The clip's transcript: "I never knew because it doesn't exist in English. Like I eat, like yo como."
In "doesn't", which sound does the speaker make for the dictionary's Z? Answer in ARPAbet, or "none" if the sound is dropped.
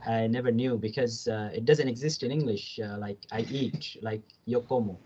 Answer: Z